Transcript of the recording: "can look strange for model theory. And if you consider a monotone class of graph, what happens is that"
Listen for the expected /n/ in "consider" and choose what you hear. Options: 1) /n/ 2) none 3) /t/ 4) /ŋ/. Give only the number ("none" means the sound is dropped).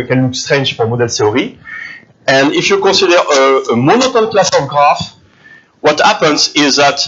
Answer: 2